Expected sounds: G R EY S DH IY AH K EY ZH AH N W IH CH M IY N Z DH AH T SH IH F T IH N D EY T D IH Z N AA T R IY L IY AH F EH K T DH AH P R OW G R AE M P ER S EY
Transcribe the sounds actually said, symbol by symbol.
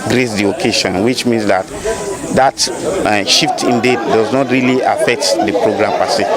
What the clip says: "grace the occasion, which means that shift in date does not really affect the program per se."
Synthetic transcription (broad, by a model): G R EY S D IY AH K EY SH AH N W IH CH M IY N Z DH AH T SH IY F T IH N D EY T D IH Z N AA T R IY L IY AH F EH K T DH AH P R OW G R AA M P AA S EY